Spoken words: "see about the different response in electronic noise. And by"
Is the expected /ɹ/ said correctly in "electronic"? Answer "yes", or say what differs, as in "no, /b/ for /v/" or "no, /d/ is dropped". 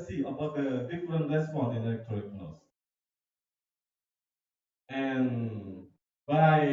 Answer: no, /ɹ/ is dropped